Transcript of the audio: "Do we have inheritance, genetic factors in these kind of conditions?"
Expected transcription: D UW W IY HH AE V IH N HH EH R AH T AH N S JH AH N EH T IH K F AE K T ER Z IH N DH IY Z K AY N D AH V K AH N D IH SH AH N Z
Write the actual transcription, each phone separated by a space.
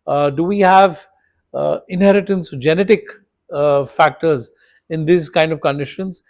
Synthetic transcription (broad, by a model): D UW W IY HH AE V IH N HH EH R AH T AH N S JH AH N EH T IH K F AE K T ER Z IH N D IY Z K AY N D AH V K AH N D IH SH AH N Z